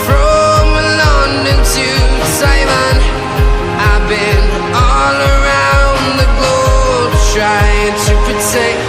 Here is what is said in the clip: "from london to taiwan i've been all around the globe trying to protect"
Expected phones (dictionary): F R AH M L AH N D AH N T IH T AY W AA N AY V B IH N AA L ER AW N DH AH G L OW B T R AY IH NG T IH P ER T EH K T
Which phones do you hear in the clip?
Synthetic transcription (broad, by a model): F R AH M L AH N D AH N T IH S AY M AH N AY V B IH N AA L ER AW N DH AH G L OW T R AY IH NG T IH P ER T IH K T